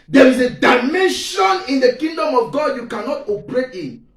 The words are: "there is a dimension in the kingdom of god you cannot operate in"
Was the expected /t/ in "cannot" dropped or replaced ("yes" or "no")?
no